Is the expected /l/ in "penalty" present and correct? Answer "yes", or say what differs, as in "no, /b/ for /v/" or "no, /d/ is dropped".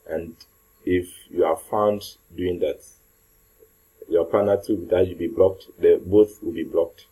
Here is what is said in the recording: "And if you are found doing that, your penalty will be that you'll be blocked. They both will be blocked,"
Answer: no, /l/ is dropped